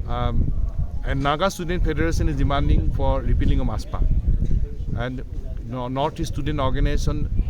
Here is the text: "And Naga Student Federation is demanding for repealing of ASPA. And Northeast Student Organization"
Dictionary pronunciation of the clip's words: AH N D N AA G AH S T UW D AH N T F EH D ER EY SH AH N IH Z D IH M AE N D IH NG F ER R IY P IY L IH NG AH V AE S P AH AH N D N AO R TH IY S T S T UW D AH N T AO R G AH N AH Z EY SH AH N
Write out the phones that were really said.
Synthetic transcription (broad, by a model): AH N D N AA G AH S T UW D AH N T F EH D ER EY S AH N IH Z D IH M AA N D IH NG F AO R IY P IY L IH NG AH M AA S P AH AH N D N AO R T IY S S T UW D AH N T AO R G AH N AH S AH N